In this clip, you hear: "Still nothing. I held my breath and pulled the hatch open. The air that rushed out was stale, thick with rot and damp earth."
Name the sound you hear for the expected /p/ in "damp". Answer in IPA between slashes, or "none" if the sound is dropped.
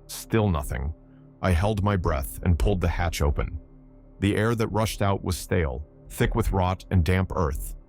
/p/